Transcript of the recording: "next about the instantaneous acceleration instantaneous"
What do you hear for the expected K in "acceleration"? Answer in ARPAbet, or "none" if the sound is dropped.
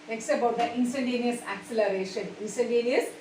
K